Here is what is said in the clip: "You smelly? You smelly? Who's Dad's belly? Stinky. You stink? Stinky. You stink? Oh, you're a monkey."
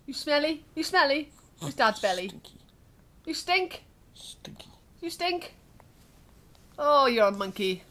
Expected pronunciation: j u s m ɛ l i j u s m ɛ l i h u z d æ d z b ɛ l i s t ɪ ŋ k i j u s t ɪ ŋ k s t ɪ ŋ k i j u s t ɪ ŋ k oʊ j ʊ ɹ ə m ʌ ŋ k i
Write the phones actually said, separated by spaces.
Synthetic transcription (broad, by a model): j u s m ɛ l i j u s m ɛ l i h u s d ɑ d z b ɛ l i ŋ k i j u s t ɪ ŋ k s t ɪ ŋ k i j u s t ɪ ŋ k oʊ j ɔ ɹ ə m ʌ ŋ k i